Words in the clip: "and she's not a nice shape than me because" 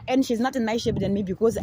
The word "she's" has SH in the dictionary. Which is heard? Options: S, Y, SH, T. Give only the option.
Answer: SH